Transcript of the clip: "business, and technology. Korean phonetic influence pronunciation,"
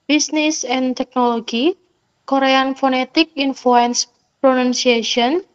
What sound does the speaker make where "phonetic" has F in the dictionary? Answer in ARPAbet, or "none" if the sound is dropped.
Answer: F